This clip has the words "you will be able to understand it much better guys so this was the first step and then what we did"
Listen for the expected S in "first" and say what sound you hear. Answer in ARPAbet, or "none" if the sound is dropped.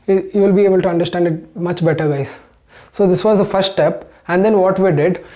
S